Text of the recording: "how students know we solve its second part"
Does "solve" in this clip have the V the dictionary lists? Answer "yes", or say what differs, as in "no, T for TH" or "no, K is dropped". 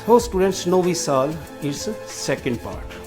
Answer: no, V is dropped